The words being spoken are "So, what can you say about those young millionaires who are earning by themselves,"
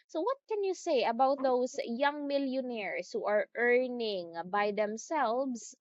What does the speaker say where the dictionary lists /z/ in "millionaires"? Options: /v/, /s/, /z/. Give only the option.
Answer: /s/